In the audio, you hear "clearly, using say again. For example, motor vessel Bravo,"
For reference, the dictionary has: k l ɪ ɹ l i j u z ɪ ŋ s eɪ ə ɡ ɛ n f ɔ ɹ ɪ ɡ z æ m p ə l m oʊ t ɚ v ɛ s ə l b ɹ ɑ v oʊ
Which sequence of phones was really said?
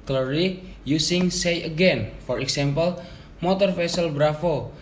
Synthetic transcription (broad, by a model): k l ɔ ɹ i j u s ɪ ŋ s eɪ ə ɡ ɛ n f ɔ ɹ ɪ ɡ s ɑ m p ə l m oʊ t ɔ f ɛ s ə l b ɹ ɑ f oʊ